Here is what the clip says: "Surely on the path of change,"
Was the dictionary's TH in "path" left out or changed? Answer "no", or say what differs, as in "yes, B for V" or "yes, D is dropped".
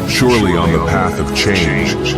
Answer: no